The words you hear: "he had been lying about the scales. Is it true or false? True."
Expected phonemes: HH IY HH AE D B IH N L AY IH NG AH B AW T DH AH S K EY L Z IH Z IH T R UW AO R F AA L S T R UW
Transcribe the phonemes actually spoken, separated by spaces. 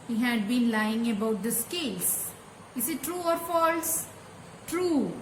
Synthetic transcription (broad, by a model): HH IY HH AE D B IH N L AY IH NG AH B AW T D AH S K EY L S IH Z IH T R UW AO R F AA L S T R UW